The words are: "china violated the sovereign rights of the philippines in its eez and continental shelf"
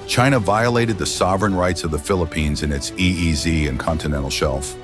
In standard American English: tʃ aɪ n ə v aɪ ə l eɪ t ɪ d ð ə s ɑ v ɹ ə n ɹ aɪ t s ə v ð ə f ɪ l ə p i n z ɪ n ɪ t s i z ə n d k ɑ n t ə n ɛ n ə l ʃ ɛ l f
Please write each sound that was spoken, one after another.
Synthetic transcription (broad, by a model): tʃ aɪ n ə v aɪ ə l eɪ t ɪ d ð ə s ɑ v ɹ ə n ɹ aɪ t s ə v ð ə f ɪ l ə p i n z ɪ n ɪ t s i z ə n k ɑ n t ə n ɛ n l ʃ ɛ l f